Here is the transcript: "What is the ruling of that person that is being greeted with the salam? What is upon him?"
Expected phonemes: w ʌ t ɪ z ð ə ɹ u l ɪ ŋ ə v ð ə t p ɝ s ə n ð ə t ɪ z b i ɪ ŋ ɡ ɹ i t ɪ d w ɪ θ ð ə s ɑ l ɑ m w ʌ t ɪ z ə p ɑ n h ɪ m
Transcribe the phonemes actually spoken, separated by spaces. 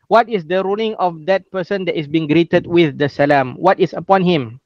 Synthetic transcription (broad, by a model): w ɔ t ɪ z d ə ɹ u l ɪ ŋ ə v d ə t p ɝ s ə n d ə t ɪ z b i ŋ ɡ ɹ i t ɪ d w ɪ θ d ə s ɑ l ɑ m w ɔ t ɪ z ə p ɑ n h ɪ m